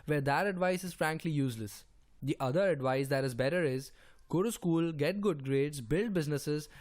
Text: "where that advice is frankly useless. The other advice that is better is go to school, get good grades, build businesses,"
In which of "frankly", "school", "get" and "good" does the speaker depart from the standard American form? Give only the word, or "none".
none